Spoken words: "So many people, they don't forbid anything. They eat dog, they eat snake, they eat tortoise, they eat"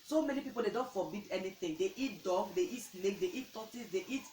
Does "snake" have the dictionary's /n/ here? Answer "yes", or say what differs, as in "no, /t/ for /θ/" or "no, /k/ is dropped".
no, /l/ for /n/